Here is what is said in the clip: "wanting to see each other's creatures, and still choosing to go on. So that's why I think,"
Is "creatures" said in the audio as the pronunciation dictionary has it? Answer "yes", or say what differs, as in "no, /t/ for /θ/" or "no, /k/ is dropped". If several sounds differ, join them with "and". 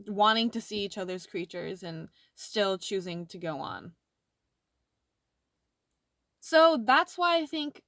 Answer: yes